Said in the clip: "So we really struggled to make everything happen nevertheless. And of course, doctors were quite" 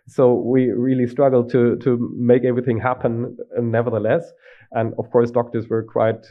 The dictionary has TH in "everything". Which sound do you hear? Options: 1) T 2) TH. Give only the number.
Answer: 2